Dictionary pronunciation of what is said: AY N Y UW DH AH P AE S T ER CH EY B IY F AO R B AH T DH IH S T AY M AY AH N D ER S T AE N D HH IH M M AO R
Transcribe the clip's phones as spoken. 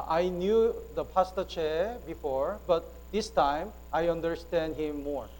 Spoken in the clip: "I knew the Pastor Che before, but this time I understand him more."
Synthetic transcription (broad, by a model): AY N Y UW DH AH P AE S T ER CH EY B IY F AO R B AH T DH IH S T AY M AY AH N D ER S T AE N D HH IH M M AO R